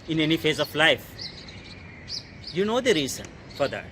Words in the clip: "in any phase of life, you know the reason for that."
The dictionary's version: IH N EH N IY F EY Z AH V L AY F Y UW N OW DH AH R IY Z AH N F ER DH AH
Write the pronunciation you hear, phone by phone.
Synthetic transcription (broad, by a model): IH N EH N IY F EY Z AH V L AY F Y UW N OW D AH R IY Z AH N F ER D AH